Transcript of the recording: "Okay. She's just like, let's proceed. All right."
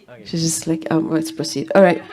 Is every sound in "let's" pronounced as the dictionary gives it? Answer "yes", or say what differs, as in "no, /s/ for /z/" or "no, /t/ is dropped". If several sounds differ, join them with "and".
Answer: no, /w/ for /l/